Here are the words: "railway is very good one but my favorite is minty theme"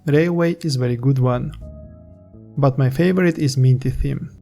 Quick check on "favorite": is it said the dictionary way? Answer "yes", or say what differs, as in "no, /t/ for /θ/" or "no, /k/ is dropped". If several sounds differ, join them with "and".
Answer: yes